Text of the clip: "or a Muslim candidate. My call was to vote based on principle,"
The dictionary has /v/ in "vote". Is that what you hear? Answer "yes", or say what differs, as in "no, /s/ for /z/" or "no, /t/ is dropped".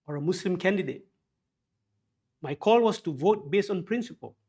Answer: yes